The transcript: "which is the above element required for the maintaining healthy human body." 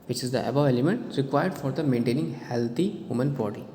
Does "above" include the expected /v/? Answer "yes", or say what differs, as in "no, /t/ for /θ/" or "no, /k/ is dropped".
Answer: no, /v/ is dropped